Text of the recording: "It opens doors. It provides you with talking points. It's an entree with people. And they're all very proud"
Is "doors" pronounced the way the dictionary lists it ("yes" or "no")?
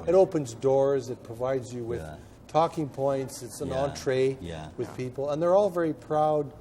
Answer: yes